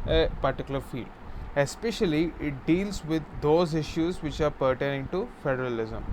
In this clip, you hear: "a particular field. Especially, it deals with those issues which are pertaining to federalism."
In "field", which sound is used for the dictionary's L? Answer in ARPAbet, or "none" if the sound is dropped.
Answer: L